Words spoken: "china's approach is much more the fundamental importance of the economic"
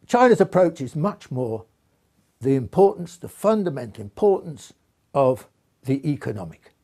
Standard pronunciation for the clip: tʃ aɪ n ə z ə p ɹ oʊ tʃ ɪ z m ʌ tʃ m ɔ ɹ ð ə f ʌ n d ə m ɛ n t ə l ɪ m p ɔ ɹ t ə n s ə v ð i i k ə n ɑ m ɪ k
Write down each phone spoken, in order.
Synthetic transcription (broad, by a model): tʃ aɪ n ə z ə p ɹ oʊ tʃ ɪ z m ʌ tʃ m ɔ ɹ ð ə f ʌ n d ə m ɛ n t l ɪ m p ɔ ɹ t n s ə v ð i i k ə n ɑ m ɪ k